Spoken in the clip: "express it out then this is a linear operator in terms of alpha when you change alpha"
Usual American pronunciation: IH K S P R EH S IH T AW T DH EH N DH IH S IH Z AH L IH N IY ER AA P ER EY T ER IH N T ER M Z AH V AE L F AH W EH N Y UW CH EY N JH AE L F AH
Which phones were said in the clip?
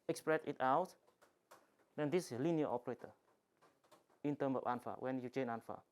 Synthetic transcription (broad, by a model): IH K S P R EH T IH T AW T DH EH N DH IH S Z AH L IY N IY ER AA P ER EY T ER IH N T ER M S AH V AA N F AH W EH N Y UW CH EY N AA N F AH